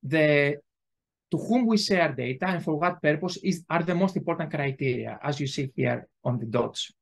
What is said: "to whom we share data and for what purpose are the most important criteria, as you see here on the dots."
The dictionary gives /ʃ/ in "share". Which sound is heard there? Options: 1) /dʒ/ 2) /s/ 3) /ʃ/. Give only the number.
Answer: 2